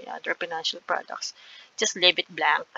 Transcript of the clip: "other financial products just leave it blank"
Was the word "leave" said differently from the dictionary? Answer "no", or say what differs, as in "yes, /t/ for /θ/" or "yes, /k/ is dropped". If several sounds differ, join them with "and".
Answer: yes, /b/ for /v/